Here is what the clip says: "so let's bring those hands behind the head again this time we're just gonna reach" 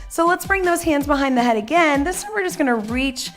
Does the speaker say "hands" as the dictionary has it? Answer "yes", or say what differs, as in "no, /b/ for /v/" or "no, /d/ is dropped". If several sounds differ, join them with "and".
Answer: yes